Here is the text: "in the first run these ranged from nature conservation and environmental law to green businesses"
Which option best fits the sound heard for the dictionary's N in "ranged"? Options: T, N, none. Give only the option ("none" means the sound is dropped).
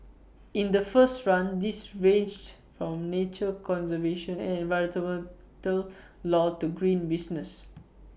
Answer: none